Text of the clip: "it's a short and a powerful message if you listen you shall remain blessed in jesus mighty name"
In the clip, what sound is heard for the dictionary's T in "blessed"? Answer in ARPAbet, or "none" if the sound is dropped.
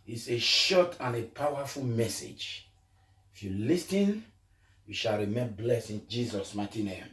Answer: none